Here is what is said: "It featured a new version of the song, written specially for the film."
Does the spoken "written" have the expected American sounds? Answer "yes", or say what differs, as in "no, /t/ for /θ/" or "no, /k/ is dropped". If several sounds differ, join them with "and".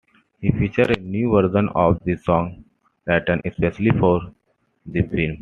no, /l/ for /ɹ/